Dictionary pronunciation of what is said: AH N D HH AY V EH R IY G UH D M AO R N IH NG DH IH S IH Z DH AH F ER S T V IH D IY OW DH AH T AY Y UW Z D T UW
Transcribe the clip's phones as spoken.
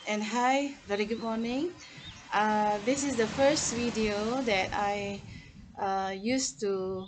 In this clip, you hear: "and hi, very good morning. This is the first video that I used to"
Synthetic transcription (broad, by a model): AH N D HH AY V EH R IY G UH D M AO N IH NG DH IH S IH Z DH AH F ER S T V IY D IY OW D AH T AY Y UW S T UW